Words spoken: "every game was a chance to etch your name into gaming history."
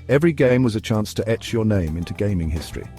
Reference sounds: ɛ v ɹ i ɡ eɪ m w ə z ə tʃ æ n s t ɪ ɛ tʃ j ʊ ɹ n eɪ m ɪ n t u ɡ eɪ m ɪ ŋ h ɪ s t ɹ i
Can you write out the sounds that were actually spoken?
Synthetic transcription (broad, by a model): ɛ v ɹ i ɡ eɪ m w ə z ə tʃ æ n s t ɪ ɛ tʃ j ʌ ɹ n eɪ m ɪ n t u ɡ eɪ m ɪ ŋ h ɪ s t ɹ i